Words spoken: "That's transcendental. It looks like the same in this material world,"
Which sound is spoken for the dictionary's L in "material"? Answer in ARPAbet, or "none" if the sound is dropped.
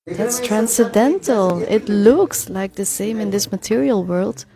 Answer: L